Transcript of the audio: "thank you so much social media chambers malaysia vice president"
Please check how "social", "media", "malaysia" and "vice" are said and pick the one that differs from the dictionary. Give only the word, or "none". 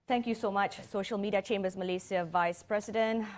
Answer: malaysia